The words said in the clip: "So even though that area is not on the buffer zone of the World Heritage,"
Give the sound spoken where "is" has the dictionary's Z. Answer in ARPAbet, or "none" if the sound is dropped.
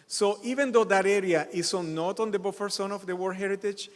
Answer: S